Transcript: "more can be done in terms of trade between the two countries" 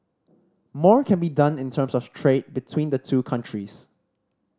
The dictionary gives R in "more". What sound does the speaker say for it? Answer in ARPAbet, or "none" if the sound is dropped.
R